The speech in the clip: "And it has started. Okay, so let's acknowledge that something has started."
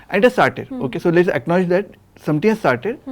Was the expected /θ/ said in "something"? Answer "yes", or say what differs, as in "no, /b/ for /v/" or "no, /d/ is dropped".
no, /t/ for /θ/